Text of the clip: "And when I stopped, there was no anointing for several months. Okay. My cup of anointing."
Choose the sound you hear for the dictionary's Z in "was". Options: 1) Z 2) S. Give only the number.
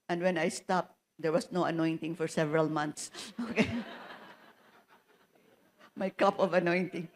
2